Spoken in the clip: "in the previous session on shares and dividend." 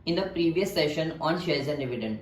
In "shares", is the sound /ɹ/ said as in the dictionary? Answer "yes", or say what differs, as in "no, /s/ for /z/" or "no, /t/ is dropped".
no, /l/ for /ɹ/